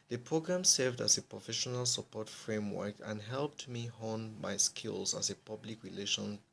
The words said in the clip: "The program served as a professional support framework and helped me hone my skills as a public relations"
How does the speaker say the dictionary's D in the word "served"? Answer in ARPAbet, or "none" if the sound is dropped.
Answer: D